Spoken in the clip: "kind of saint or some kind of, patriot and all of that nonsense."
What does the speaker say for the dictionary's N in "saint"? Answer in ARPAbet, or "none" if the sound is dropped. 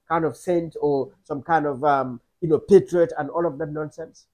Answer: N